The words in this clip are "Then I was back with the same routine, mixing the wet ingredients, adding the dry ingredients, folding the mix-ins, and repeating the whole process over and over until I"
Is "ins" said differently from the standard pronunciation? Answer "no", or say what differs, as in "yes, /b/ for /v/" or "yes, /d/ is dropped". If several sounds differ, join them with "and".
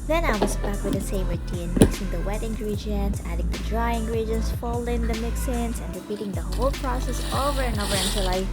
yes, /s/ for /z/